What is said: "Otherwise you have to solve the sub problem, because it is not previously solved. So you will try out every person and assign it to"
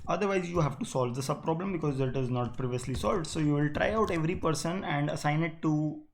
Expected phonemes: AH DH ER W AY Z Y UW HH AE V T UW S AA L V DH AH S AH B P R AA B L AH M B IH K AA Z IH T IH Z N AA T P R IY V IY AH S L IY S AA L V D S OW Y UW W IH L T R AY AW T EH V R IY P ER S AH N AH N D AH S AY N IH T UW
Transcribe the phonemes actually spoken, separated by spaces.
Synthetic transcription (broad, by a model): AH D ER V AY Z Y UW HH AE V T UW S AA L V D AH S AH B P R AA B L AH M B IH K AA Z IH T IH Z N AA T P R IY V IY AH S L IY S AA L V D S OW Y UW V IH L T R AY AW T EH V R IY P ER S AH N AH N D AH S AY N IH T UW